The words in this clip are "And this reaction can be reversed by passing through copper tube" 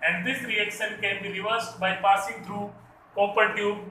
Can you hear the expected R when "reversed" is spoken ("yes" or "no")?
no